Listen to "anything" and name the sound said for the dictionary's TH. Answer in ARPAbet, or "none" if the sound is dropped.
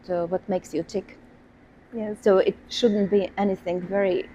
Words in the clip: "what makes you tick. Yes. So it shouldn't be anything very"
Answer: TH